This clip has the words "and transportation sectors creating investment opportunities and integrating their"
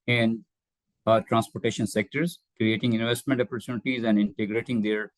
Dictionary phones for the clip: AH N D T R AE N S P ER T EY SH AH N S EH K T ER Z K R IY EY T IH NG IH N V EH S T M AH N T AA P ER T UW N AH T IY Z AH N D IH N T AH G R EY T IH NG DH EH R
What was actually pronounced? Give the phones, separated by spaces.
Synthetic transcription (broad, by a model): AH N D T R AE N S P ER T EY SH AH N S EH K T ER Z K R IY EY T IH NG IH N V EH S T M AH N T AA P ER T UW N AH T IY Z AH N D IH N T AH G R EY T IH NG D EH R